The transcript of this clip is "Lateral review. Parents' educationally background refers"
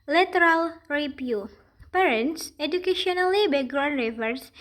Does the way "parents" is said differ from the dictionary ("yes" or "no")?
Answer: no